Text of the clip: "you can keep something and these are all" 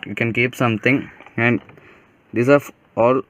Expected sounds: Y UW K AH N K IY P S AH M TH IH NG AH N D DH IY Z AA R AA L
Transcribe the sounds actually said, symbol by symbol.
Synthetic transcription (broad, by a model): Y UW K AH N K IY P S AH M T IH NG AH N D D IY S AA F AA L